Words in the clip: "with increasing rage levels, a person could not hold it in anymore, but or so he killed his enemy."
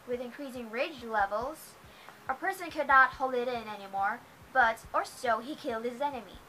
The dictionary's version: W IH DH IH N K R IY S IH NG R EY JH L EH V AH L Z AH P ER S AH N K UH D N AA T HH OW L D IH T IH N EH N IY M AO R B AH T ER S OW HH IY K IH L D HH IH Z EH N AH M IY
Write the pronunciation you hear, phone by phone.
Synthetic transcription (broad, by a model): W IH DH IH N K R IY S IH NG R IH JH L EH V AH L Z AH P ER S AH N K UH D N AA T HH OW L D IH T IH N EH N IY M AO R B AH T ER S OW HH IY K IH L D HH IH Z EH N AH M IY